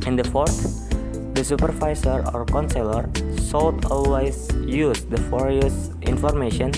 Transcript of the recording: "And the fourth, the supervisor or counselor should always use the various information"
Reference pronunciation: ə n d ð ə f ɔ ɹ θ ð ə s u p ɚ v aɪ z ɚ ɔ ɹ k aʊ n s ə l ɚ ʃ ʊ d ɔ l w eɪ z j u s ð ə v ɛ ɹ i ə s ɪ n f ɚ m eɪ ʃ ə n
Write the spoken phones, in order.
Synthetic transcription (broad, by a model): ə n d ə f ɔ ɹ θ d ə s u p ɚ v aɪ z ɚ ɔ ɹ k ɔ n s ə l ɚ s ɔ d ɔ l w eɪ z j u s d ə f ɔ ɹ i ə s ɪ n f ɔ m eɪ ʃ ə n